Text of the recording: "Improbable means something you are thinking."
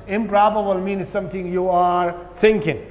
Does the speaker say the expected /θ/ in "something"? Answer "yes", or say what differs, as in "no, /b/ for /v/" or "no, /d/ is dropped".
no, /t/ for /θ/